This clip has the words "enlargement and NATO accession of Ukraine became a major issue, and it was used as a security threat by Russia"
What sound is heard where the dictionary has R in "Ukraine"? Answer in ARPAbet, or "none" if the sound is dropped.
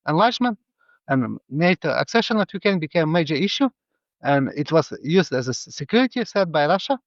none